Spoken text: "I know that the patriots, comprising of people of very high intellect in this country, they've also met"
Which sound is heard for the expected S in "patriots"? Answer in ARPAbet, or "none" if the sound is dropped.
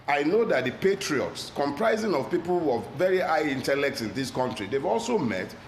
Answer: S